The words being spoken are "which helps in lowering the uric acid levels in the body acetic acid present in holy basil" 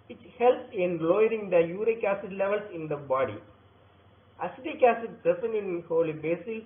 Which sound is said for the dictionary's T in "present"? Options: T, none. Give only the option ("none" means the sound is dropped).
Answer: none